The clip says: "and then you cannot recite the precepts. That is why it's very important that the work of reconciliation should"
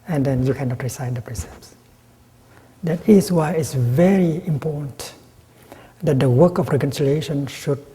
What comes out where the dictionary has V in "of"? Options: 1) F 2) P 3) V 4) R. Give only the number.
1